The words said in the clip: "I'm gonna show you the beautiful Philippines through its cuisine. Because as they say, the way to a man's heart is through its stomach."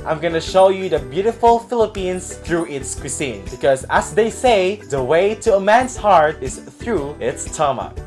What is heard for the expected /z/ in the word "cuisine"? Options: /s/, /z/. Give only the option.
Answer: /s/